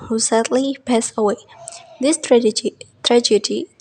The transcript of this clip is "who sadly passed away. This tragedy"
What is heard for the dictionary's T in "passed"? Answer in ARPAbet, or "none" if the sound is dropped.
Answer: none